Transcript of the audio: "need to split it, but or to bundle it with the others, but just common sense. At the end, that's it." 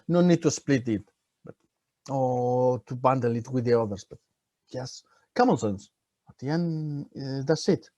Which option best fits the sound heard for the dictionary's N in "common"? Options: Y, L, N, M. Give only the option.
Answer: L